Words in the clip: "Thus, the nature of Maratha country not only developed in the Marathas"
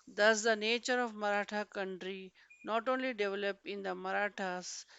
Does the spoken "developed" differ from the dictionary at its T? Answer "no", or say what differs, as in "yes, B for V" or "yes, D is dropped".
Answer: yes, T is dropped